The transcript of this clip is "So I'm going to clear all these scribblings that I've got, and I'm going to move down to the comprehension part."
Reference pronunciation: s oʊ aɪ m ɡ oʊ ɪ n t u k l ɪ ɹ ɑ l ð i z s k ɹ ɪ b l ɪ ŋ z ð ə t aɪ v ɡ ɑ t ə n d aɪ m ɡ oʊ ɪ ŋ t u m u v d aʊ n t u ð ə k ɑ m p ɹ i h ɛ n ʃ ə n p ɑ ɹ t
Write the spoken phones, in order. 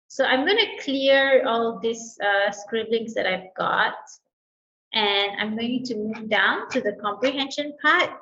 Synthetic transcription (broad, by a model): s oʊ aɪ m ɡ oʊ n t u k l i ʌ ɑ l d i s s k ɹ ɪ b l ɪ ŋ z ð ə t aɪ v ɡ ɑ t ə n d aɪ m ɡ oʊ t u m u v d aʊ n t u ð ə k ɑ m p ɹ i h ɛ n ʃ ə n p ɑ t